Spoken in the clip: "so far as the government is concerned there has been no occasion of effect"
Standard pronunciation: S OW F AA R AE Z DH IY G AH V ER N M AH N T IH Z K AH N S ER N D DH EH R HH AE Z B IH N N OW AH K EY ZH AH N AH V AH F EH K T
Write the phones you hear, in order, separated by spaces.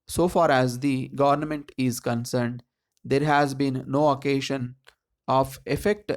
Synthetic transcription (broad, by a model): S OW F AA R AE Z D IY G AH V ER N M AH N T IH Z K AH N S ER N D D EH R HH AE Z B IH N N OW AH K EY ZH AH N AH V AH F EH K T